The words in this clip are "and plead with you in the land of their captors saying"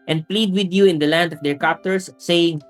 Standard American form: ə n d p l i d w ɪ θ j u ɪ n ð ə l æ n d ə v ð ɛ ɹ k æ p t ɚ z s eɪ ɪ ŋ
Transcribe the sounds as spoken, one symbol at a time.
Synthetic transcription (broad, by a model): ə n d p l i d w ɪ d j u ɪ n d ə l æ n d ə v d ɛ ɹ k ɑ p t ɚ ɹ s eɪ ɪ ŋ